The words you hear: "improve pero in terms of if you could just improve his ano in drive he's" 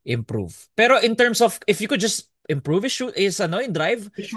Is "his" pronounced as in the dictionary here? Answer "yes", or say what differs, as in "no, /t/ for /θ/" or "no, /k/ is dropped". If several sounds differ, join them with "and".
no, /s/ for /z/